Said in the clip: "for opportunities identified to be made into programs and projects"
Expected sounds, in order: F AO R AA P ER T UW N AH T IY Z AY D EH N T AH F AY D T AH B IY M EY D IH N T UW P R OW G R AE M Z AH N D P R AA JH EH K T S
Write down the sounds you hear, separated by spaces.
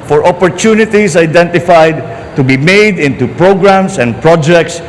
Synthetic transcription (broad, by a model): F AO R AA P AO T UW N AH T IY S AY D EH N T AH F AY D T AH B IY M EY D IH N T UW P R OW G R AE M S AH N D P R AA JH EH K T S